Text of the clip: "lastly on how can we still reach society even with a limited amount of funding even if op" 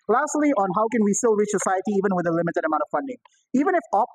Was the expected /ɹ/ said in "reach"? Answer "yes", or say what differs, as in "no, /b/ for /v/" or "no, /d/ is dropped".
yes